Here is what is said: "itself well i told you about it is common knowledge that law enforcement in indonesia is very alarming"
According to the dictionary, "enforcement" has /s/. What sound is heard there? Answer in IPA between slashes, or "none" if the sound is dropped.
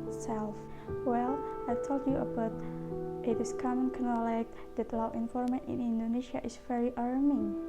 none